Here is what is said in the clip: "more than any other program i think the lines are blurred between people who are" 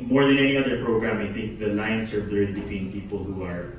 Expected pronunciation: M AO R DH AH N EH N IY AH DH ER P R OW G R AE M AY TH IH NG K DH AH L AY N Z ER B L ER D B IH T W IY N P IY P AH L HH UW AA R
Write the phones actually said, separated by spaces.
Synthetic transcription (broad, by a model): M AO R DH AH N EH N IY AH DH ER P R OW G R AE M AY TH IH NG K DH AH L AY N S ER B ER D B IH T W IY N P IY P AH L HH UW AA R